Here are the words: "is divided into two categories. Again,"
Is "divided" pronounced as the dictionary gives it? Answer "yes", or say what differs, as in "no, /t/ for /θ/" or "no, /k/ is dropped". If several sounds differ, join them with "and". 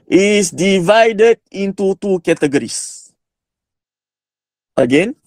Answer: yes